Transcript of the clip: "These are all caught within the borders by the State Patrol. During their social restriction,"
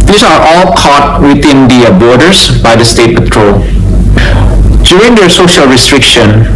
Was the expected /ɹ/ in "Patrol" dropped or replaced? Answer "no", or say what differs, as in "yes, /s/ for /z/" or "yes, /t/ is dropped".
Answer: no